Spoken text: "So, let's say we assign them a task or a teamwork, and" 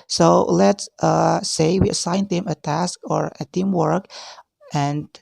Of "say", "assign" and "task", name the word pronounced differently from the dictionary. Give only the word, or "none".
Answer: none